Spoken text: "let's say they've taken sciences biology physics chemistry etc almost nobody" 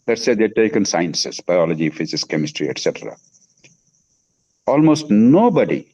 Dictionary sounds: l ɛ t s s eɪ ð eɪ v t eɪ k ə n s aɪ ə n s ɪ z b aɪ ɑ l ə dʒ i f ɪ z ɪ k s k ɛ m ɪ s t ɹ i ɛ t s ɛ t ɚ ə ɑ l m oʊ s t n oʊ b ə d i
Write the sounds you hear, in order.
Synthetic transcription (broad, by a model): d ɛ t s s eɪ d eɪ t eɪ k ə n s aɪ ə n s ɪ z b aɪ ɑ l ə dʒ i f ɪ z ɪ s k ɛ m ɪ s t ɹ i ɛ t s ɛ t ɚ ə ɑ l m oʊ s t n oʊ b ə d i